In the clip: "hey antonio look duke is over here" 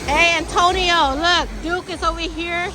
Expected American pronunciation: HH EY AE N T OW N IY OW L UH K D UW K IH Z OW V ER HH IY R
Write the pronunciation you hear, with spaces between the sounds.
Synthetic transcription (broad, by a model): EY AE N T OW N IY OW L UH K D UW K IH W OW W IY HH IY R